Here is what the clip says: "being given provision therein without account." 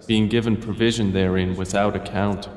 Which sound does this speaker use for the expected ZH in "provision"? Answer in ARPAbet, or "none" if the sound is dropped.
ZH